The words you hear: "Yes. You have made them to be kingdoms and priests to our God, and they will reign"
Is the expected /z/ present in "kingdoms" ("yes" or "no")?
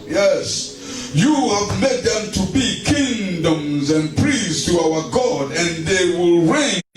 yes